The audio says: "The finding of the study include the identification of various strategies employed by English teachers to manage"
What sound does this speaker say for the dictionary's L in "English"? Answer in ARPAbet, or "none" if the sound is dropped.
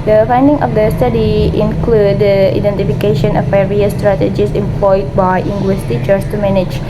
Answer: W